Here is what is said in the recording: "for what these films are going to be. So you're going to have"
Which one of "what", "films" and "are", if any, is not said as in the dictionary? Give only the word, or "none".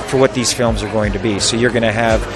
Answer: none